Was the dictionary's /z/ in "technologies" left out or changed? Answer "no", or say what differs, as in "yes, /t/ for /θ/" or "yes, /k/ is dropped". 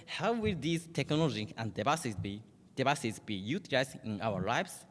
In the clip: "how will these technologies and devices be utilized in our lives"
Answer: yes, /z/ is dropped